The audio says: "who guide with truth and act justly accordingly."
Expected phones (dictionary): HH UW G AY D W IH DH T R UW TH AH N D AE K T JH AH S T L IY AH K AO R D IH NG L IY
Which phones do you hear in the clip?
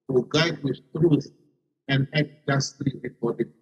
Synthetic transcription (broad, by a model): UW G AY D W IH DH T R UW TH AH N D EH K JH AH S T L IY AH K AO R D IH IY